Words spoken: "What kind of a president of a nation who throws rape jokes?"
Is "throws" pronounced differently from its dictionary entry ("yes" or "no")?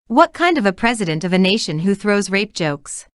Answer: no